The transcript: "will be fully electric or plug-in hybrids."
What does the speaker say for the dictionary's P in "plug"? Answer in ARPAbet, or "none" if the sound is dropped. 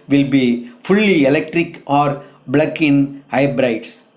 B